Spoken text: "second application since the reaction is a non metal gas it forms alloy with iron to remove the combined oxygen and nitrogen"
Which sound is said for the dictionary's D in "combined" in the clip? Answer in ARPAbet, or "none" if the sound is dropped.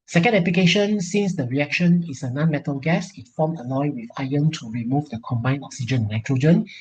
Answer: none